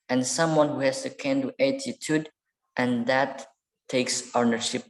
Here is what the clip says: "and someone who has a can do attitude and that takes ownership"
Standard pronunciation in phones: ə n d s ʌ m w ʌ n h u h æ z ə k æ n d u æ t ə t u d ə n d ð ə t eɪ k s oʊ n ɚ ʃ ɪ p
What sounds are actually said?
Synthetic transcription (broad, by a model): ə n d s ʌ m w ʌ n h u h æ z ə k æ n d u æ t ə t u d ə n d ð ə t eɪ k s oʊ n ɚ ʃ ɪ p